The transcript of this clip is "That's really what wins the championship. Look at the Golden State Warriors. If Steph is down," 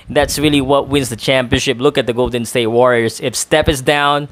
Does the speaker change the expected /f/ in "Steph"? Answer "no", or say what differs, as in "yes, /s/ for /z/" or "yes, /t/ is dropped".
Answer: yes, /p/ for /f/